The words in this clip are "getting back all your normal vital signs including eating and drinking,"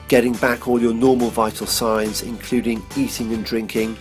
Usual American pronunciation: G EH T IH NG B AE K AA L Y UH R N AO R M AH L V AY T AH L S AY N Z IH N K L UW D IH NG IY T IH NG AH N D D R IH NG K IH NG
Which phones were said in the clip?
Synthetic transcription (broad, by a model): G EH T IH NG B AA K AA L Y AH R N AO M AH L V AY T AH L S AY N Z IH N K L UW D IH NG IY T IH NG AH N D D R IH NG K IH NG